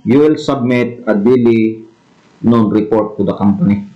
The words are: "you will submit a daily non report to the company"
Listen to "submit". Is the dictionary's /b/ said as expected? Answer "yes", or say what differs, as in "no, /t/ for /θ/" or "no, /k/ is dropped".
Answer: yes